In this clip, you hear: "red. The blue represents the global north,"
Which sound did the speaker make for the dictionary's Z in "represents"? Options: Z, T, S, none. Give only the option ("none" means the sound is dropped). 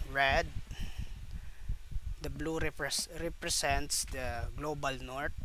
S